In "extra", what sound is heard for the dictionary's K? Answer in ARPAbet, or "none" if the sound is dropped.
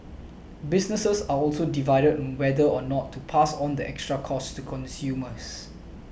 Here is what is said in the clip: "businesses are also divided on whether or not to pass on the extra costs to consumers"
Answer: K